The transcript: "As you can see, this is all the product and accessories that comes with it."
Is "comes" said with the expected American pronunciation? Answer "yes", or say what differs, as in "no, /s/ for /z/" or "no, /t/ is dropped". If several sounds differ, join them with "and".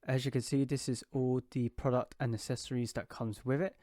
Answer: yes